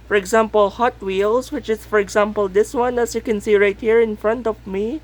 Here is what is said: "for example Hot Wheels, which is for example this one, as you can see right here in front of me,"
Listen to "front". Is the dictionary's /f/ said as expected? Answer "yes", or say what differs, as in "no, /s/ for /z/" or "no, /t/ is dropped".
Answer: yes